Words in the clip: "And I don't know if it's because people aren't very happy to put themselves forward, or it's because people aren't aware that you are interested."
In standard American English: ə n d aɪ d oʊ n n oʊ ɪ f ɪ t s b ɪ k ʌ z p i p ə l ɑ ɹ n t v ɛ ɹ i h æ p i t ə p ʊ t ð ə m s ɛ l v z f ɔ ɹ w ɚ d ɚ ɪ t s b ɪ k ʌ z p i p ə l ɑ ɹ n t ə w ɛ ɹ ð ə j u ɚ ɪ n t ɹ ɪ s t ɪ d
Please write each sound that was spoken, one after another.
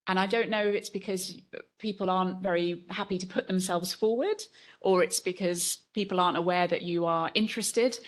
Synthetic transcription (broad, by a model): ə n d aɪ d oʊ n n oʊ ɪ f ɪ t s b ɪ k ʌ z p i p ə l ɑ ɹ n t v ɛ ɹ i h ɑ p i t ə p ʊ t ð ə m s ɛ l v z f ɔ w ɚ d ɚ ɪ t s b ɪ k ʌ z p i p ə l ɑ ɹ n t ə w ɛ ð ə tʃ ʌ ɚ ɪ n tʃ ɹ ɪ s t ɪ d